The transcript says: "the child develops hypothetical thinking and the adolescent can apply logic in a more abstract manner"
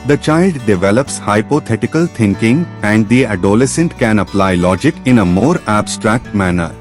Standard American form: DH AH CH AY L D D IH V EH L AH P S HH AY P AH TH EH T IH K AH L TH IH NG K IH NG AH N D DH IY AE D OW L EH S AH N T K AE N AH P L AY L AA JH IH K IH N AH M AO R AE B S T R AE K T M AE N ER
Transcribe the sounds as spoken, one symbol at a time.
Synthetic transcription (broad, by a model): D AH CH AY L D D IH V EH L AH P S HH AY P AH T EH T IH K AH L T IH NG K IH NG AH N D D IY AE D OW L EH S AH N T K AE N AH P L AY L AA JH IH K IH N AH M AO R AE B S T R AE K T M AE N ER